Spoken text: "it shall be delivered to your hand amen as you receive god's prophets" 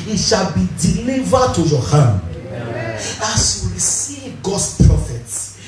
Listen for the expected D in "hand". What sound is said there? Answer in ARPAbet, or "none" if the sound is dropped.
none